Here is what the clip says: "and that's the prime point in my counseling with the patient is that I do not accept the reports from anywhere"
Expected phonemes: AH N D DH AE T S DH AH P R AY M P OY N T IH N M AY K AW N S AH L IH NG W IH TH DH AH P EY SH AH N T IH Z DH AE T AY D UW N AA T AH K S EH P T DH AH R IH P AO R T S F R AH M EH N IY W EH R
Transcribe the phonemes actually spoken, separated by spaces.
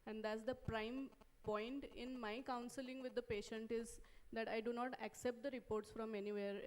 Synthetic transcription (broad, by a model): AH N D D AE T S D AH P R AY M P OY N T IH N M AY K AW N S AH L IH NG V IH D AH P EY SH AH N T IH Z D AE T AY D UW N AA T AH K S EH P T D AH R IH P AO R T S F R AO M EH N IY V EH R